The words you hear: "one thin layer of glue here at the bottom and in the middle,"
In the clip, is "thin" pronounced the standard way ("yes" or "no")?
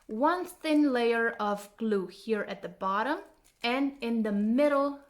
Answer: yes